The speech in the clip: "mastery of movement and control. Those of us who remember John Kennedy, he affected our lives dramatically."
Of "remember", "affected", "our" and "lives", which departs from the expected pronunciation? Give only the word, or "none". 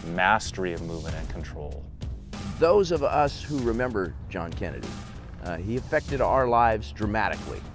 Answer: none